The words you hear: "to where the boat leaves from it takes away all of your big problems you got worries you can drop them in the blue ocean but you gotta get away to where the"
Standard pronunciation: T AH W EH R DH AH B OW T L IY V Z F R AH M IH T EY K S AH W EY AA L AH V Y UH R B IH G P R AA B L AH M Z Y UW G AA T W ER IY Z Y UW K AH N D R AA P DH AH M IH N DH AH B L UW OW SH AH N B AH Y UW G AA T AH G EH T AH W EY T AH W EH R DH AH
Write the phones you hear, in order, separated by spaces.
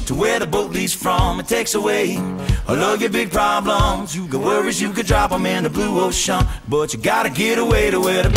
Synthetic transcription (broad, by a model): T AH W EH R DH AH B OW T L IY Z F R AH M IH T EY K S AH W EY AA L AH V Y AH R B IH G P R AA B L AH M Z Y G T W ER IY Z Y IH K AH D R AA P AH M IH N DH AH B L UW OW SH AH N B AH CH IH G AA T AH G EH T AH W EY T AH W EH R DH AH